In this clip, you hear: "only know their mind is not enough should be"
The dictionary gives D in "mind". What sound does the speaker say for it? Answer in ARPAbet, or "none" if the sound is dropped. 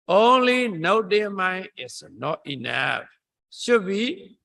none